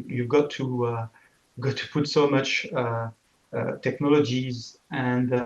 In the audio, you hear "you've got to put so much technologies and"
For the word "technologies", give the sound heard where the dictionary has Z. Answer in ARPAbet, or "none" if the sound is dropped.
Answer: Z